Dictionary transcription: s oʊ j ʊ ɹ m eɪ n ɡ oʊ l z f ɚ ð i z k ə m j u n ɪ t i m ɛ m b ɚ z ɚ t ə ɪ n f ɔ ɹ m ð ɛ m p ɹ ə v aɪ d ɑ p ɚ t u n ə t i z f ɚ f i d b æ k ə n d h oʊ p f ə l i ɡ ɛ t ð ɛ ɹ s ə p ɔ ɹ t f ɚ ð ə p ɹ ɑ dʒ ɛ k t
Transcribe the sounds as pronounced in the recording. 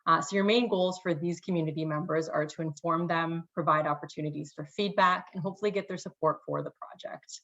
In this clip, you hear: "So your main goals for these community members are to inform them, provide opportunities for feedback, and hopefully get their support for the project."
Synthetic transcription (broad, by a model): s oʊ j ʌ ɹ m eɪ n ɡ oʊ l z f ɚ ð i z k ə m j u n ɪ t i m ɛ m b ɚ z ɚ t ə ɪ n f ɔ ɹ m ð ɛ m p ɹ ə v aɪ d ɑ p ɚ t u n ə t i z f ɚ f i d b æ k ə n h oʊ p f l i ɡ ɛ t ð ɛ ɹ s ə p ɔ ɹ t f ɚ ð ə p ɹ ɑ dʒ ɛ k t